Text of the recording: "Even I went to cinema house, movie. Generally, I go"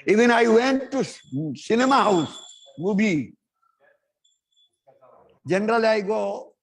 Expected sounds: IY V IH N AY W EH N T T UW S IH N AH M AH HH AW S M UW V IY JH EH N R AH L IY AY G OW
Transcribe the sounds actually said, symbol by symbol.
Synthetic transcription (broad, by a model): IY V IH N AY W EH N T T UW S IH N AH M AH HH AW S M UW B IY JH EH N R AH L AY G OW